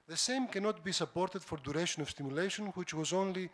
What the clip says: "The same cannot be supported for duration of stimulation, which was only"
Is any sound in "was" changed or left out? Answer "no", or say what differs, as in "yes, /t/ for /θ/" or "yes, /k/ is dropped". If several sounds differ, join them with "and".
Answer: no